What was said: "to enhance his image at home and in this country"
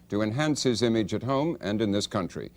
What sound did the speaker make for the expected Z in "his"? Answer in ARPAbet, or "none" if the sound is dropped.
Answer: Z